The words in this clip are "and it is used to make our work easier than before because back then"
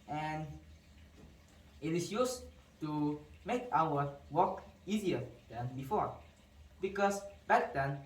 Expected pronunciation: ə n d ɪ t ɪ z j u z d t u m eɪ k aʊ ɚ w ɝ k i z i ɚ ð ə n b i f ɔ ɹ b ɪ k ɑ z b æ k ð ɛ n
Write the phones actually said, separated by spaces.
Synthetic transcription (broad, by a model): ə n ɪ t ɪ s j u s t u m eɪ k aʊ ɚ w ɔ k i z i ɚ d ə n b i f ɔ ɹ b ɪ k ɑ s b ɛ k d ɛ n